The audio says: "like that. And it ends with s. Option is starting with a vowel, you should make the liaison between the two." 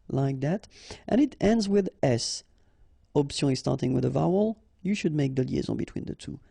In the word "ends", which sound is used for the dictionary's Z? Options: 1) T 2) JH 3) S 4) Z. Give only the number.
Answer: 4